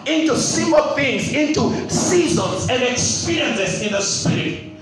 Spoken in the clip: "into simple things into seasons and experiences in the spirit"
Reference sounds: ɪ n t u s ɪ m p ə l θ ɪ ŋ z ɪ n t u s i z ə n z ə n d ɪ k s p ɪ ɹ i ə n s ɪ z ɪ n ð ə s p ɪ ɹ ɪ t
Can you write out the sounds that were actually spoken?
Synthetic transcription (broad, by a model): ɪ n t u s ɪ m ə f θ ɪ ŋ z ɪ n t u s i z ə n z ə n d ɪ k s p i ɹ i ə n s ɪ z ɪ n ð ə s p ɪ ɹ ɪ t